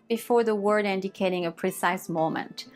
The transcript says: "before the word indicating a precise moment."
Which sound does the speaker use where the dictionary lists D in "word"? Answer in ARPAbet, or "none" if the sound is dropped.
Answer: D